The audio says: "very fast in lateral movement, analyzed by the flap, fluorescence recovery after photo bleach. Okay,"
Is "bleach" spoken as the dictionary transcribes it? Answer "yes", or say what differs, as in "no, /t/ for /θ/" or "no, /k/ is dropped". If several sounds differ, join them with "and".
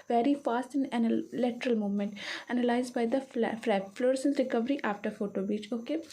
no, /l/ is dropped